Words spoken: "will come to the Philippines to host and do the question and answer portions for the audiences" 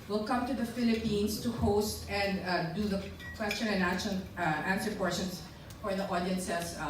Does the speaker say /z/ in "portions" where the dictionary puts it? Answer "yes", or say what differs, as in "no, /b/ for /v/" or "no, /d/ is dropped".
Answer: no, /s/ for /z/